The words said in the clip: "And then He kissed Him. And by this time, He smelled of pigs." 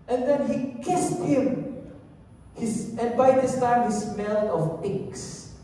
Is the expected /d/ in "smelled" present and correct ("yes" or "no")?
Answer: no